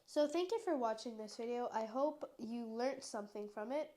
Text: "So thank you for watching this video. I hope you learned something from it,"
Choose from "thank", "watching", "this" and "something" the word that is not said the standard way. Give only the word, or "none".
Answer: none